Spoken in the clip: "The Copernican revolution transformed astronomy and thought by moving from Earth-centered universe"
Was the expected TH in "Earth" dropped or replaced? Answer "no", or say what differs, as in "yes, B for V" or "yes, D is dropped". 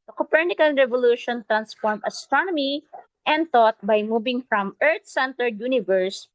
yes, T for TH